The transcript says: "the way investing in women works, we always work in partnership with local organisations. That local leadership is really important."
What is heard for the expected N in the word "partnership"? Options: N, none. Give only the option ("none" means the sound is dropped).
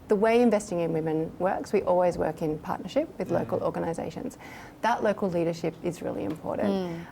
N